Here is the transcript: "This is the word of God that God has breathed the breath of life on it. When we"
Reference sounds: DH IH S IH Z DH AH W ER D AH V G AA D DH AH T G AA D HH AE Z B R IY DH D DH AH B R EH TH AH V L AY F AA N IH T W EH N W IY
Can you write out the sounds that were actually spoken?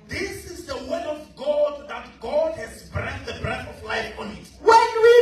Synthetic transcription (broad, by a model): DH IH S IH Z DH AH W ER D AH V G AA D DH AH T G AA D HH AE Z B R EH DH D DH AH B R EH TH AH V L AY F AA N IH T W EH N W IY